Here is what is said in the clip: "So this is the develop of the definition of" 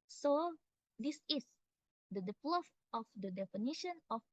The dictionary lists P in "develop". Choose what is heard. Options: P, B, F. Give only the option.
F